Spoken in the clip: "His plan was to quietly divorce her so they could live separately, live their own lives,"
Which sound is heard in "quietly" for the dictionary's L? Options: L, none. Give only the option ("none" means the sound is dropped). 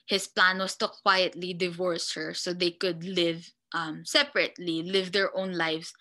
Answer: L